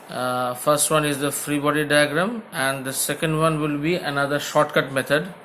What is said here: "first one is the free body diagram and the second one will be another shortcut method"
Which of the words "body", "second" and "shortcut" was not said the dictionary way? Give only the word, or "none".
none